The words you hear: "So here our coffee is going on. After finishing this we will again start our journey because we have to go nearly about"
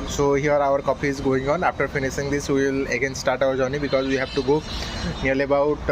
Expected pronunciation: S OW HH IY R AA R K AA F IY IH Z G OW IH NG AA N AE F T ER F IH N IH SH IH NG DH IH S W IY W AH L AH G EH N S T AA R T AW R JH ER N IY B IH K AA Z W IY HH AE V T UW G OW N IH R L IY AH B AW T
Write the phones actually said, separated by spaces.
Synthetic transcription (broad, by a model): S OW HH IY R AA R K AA P IY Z G OW IH NG AA N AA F T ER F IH N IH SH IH NG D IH S W IY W L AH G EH N S T AA R T AW R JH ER N IY B IH K AA Z W IY HH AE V T UW G OW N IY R L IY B AW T